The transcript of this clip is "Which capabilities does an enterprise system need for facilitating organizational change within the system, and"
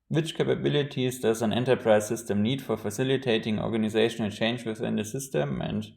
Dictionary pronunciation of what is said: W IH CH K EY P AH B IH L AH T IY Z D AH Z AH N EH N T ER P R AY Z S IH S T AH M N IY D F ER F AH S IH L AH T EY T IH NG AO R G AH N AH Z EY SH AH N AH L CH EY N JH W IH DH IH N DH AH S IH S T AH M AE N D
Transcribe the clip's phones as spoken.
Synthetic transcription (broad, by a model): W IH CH K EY P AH B IH L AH T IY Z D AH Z AH N EH N T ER P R AY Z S IH S T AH M N IY D F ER F AH S IH L AH T EY T IH NG AO R G AH N AH Z EY SH AH N AH L CH EY N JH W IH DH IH N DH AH S IH S T AH M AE N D